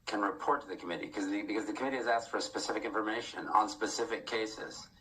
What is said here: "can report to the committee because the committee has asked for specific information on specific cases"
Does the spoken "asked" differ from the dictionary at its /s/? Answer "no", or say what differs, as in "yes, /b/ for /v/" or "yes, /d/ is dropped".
no